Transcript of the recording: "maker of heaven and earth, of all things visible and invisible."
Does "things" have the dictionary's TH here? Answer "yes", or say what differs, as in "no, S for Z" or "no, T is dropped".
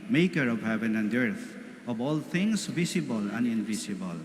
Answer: no, T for TH